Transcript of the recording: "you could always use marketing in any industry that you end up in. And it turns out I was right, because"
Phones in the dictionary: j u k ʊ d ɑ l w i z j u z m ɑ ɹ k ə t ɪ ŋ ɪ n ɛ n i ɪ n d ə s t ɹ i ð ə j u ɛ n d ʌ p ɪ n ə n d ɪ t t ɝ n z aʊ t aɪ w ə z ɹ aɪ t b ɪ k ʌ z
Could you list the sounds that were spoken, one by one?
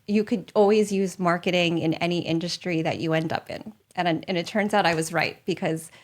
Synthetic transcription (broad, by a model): j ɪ k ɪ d ɑ l w i z j u z m ɑ ɹ k ə t ɪ ŋ ɪ n ɛ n i ɪ n d ə s t ɹ i ð ə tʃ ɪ ɛ n d ʌ p ɪ n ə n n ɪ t t ɝ n z aʊ t aɪ w ə z ɹ aɪ t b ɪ k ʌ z